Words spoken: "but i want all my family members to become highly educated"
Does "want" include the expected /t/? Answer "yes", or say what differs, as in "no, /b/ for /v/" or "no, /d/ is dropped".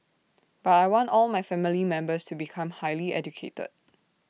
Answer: yes